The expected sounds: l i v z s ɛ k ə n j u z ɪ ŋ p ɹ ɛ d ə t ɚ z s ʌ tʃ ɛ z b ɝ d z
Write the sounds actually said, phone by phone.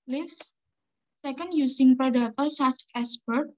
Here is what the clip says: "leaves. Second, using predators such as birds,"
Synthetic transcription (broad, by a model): l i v s ɛ k ə n j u s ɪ ŋ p ɹ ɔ d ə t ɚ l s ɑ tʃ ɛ s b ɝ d